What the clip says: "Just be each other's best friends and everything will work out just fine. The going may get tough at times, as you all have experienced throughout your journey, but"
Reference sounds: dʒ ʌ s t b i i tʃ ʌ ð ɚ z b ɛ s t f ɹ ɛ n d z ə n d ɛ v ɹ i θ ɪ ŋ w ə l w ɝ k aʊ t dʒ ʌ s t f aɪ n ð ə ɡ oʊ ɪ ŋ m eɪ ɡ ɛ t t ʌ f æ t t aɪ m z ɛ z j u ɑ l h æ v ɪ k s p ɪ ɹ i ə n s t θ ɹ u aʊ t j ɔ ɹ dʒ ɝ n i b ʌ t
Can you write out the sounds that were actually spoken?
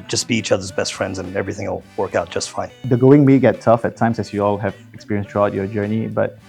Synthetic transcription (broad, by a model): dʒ ʌ s b i i tʃ ʌ ð ɚ z b ɛ s t f ɹ ɛ n d z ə n ɛ v ɹ i θ ɪ ŋ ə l w ɝ k aʊ t dʒ ʌ s t f aɪ n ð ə ɡ oʊ ɪ ŋ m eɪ ɡ ɛ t t ʌ f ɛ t t aɪ m s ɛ s j u ɑ l h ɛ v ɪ k s p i ɹ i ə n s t ɹ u aʊ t j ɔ dʒ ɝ n i b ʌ t